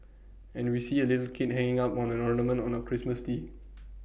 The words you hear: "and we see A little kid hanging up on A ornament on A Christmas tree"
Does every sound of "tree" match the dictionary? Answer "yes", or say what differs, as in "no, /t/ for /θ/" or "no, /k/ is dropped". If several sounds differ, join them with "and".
no, /ɹ/ is dropped